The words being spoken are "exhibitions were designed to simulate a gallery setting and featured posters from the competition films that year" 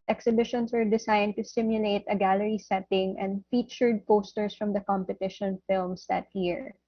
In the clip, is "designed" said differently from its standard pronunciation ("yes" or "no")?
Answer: yes